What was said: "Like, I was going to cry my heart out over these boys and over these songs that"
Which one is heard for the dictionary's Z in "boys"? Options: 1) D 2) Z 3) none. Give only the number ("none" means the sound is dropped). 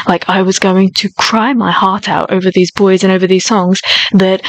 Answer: 2